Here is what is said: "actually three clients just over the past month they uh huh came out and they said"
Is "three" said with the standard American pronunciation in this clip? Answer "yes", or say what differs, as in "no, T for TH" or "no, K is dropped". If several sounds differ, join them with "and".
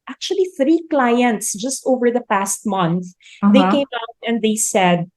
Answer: yes